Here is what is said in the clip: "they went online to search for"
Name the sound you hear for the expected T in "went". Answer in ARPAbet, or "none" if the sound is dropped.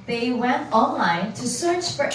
T